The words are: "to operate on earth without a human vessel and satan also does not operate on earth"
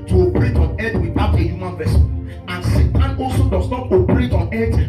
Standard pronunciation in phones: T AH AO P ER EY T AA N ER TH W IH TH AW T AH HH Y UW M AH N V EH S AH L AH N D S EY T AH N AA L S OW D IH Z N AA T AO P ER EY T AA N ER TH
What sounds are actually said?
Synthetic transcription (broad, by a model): T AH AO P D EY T AA N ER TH W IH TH AW T AH HH Y UW M AH N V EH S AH N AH N S EY T AH N AA L S OW D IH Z N AA T AO P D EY T AA N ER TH